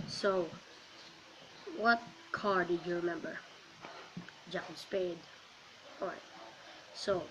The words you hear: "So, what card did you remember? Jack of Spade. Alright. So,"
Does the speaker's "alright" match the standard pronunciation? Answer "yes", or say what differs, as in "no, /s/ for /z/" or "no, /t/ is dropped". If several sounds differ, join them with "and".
no, /l/ is dropped